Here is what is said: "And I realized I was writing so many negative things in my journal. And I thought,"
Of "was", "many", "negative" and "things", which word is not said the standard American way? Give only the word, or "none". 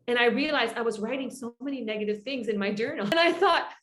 none